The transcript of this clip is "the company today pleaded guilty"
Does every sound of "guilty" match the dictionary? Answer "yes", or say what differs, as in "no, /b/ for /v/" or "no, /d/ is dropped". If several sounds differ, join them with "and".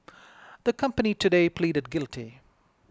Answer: yes